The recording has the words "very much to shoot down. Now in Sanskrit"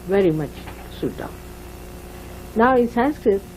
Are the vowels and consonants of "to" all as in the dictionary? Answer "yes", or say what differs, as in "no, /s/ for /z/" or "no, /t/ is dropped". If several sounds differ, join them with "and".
no, /s/ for /t/